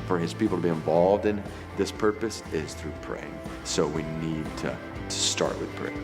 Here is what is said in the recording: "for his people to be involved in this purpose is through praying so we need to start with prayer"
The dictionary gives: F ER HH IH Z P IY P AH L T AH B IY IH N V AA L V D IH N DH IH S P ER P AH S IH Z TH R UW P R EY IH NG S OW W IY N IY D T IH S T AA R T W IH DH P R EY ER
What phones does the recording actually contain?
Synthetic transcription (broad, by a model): F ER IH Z P IY P L T AH B IY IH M V AA L V D IH N DH IH S P ER P AH S IH Z TH R UW P R EY IH NG S OW W IY N IY D T IH S T AA R T W IH DH P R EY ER